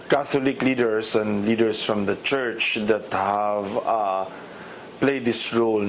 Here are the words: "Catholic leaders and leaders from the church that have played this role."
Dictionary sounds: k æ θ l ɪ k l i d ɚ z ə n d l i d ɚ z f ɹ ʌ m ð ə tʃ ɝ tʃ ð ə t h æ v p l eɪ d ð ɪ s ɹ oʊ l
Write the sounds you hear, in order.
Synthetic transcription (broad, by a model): k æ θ l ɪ k l i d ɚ s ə n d l i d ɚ s f ɹ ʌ m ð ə tʃ ɝ tʃ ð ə t h æ v p l eɪ d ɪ s ɹ oʊ l